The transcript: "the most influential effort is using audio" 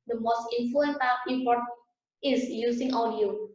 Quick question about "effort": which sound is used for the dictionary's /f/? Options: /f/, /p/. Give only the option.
/p/